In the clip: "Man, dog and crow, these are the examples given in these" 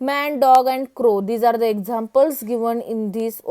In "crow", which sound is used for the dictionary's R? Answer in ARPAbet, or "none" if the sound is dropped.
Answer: R